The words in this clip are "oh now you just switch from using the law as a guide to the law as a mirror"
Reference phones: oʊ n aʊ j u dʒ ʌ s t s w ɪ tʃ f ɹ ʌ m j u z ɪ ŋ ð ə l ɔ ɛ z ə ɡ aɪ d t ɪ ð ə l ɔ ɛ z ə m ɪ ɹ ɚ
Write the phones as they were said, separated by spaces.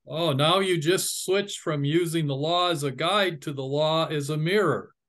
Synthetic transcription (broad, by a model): oʊ n aʊ j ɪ dʒ ʌ s t s w ɪ tʃ f ɹ ʌ m j u z ɪ ŋ ð ə l ɔ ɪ z ə ɡ aɪ d t ɪ ð ə l ɔ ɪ z ə m ɪ ɹ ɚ